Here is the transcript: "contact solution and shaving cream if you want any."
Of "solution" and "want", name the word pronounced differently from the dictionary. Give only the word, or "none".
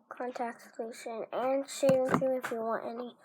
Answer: solution